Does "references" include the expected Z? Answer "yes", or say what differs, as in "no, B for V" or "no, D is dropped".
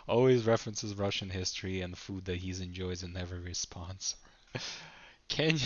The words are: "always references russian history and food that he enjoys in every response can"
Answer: yes